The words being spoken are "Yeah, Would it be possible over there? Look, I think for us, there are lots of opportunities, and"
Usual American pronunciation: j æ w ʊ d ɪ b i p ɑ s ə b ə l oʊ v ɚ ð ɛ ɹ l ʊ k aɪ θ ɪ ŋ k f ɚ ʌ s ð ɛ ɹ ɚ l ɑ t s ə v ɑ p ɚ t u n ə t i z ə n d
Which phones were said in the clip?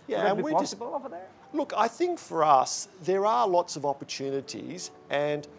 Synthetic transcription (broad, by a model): j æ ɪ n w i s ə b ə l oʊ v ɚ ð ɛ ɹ l ʊ k aɪ θ ɪ ŋ k f ɚ ʌ s ð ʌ ɹ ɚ l ɑ t s ə v ɑ p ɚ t u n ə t i z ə n